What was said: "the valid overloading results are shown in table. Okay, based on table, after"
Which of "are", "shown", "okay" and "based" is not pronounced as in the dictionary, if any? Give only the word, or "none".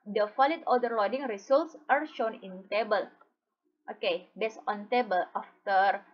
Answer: based